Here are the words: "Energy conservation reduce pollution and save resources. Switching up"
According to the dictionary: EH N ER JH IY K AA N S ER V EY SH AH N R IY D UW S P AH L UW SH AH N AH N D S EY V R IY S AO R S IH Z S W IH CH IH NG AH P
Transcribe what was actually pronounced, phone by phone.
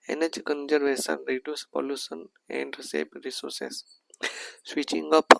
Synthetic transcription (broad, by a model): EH N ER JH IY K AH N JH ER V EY S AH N R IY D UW S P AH L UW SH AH N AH N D S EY B R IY S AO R S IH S S W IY CH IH NG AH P